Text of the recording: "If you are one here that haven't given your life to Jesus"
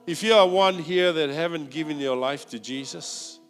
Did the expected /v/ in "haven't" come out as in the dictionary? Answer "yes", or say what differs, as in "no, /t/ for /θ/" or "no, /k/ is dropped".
yes